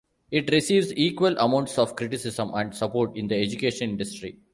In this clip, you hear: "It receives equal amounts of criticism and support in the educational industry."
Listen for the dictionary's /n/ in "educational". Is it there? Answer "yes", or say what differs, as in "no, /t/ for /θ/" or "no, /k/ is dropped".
no, /n/ is dropped